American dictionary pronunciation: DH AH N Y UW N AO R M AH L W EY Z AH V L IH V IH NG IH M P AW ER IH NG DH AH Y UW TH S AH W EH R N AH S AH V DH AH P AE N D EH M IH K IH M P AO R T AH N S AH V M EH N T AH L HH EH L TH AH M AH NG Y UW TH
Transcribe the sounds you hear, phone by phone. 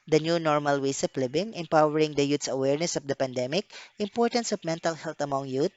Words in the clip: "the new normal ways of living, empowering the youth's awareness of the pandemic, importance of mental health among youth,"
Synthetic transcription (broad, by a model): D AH N Y UW N AO R M AH L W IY S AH P L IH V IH NG IH M P AW ER IH NG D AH Y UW T S AH W EH R N AH S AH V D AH P AE N D EH M IH K IH M P AO R T AH N S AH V M EH N T AH L HH EH L T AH M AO NG Y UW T